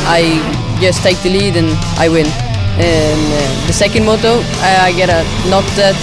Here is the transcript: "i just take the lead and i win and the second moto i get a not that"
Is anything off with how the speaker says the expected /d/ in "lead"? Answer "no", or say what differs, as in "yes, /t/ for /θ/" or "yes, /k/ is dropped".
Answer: no